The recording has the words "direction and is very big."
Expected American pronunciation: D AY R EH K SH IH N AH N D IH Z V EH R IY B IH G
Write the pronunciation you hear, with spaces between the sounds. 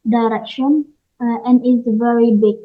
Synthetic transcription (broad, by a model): D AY R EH K SH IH N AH N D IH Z V EH R IY B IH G